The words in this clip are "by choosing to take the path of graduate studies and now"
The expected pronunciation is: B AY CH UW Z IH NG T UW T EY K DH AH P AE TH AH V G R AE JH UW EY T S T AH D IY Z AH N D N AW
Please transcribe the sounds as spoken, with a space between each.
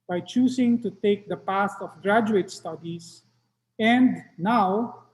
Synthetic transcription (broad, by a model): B AY CH UW S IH NG T UW T EY K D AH P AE S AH F G R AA JH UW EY T S T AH D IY S AH N D N AW